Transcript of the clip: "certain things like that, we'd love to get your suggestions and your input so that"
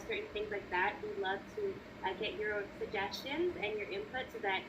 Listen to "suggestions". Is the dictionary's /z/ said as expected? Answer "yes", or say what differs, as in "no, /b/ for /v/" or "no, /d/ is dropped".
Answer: yes